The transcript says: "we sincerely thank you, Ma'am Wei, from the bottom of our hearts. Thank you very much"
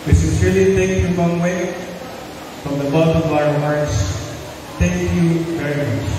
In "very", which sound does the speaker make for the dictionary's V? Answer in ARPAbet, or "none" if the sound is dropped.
V